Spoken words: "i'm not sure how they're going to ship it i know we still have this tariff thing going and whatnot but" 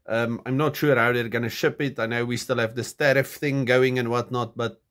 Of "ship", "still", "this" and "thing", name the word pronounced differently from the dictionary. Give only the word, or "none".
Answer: none